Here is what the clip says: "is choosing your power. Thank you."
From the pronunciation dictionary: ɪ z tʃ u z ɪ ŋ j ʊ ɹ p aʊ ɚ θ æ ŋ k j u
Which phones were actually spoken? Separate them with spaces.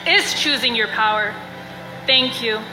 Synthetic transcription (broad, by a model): ɪ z tʃ u z ɪ ŋ j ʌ ɹ p aʊ ɚ θ æ ŋ k j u